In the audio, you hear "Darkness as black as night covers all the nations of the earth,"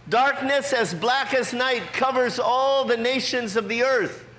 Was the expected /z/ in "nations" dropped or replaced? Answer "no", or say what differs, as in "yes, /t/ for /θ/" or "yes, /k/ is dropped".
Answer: no